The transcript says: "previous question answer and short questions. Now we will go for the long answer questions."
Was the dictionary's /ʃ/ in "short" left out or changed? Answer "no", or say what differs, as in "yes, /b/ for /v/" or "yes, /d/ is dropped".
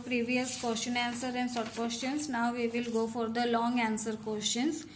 yes, /s/ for /ʃ/